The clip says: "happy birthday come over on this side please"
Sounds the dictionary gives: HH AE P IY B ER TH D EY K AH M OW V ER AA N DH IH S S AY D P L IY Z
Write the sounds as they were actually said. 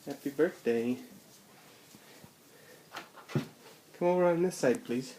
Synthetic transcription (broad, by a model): HH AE P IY B ER TH D EY K AH M OW V ER AA N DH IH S S AY D P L IY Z